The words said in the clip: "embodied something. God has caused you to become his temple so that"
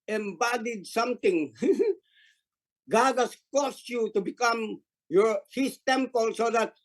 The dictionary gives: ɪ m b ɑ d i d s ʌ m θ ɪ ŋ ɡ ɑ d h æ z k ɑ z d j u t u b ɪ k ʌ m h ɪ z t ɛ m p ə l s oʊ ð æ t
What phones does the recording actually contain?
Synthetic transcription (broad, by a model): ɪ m b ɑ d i d s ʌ m t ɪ ŋ ɡ ɑ d h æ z k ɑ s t j u t u b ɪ k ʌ m h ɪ s t ɛ m p ə l s oʊ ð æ t